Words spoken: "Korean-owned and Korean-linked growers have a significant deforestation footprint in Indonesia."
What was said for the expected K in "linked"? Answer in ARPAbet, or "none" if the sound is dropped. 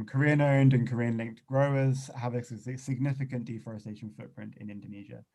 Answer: K